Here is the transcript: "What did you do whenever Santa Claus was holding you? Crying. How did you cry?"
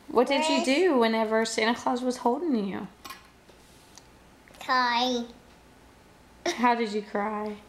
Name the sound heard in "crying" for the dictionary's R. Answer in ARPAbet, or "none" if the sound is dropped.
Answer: none